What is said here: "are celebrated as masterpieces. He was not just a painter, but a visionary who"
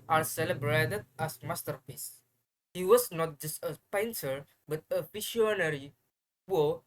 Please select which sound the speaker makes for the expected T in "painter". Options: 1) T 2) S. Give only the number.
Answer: 2